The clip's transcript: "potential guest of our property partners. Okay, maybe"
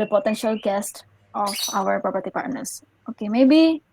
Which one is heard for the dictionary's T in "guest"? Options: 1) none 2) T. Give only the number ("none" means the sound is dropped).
2